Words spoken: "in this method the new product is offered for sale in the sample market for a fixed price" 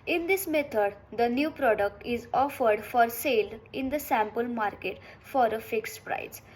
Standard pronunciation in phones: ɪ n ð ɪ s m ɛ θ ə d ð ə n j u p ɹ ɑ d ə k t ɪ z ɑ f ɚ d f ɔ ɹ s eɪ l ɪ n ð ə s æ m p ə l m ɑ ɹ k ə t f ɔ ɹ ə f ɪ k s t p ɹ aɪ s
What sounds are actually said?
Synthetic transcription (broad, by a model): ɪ n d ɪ s m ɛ t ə d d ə n j u p ɹ ɑ d ə k t ɪ z ɑ f ɚ d f ɔ ɹ s eɪ l ɪ n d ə s æ m p ə l m ɑ ɹ k ə t f ɔ ɹ ə f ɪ k s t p ɹ aɪ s